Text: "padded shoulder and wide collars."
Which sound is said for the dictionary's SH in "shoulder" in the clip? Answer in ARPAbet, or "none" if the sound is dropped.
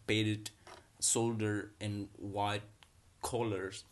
S